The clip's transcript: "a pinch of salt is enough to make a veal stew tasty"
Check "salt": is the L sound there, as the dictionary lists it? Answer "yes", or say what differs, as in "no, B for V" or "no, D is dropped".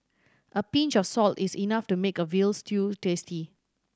yes